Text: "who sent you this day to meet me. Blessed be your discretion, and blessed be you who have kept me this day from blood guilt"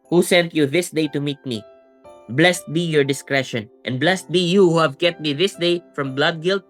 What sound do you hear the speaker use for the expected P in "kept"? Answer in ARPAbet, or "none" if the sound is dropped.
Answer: none